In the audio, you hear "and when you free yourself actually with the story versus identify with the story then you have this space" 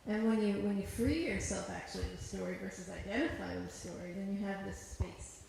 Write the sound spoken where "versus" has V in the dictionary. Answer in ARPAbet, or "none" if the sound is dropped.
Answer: V